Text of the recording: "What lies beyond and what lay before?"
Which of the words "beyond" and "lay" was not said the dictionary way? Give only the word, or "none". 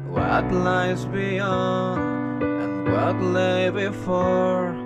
beyond